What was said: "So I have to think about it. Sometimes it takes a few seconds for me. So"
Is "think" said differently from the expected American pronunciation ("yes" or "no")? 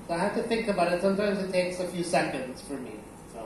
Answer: no